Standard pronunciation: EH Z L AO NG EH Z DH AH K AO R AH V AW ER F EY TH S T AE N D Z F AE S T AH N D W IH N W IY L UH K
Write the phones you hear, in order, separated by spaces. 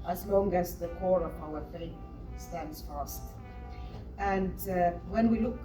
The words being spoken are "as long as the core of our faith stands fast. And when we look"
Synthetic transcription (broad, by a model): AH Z L AO NG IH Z DH AH K AO R AH V AW ER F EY T S T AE N D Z F AE S T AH N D W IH N W IY L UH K